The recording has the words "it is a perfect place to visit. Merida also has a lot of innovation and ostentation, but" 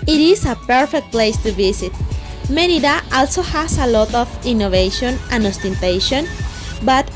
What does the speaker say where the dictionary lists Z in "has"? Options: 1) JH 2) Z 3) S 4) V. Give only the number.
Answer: 3